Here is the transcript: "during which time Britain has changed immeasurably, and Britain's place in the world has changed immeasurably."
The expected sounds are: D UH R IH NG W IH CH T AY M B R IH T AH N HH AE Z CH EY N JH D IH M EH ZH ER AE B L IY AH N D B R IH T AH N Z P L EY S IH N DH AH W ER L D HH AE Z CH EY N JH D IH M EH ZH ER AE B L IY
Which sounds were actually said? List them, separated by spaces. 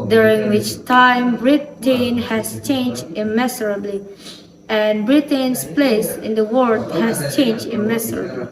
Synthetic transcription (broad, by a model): D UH R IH NG W IH CH T AY M B R IH T AH N HH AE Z CH EY N JH D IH M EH S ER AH B L IY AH N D B R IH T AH N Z P L EY S IH N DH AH W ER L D HH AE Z CH EY N JH D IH M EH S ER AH B L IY